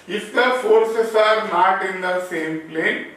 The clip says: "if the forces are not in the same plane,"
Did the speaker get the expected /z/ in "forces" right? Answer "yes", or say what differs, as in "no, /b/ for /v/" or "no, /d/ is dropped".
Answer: no, /s/ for /z/